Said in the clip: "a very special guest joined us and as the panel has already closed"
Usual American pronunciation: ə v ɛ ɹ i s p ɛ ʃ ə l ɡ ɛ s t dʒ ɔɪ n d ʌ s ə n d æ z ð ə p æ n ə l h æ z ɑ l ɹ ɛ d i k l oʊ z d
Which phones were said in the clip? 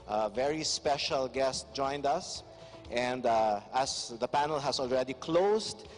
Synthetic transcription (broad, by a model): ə v ɛ ɹ i s p ɛ ʃ ə l ɡ ɛ s t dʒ ɔɪ n d ʌ s ə n d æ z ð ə p æ n ə l h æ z ɑ l ɹ ɛ d i k l oʊ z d